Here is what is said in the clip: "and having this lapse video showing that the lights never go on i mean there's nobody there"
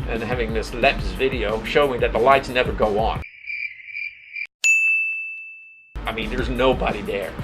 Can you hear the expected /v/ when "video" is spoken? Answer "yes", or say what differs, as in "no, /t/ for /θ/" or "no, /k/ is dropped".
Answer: yes